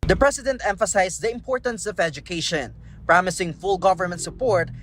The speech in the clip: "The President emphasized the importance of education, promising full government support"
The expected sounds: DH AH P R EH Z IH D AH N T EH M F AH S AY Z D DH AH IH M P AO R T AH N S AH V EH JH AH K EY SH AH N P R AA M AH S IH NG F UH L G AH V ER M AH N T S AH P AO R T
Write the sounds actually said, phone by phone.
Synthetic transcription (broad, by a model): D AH P R EH S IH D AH N T EH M F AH S AY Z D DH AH IH M P AO R T AH N S AH V EH JH AH K EY SH AH N P R AA M AH S IH NG F UH L G AH V ER M AH N T S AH P AO R T